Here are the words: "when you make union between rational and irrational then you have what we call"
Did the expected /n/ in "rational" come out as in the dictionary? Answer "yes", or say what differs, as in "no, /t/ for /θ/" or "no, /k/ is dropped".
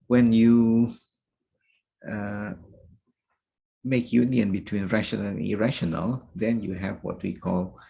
no, /n/ is dropped